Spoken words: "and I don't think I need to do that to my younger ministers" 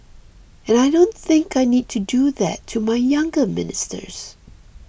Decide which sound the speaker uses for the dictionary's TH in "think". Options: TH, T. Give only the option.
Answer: TH